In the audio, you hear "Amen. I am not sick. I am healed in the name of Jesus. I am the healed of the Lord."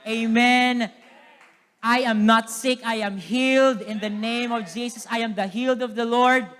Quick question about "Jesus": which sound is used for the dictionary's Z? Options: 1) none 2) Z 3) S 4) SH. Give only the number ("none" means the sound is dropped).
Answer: 3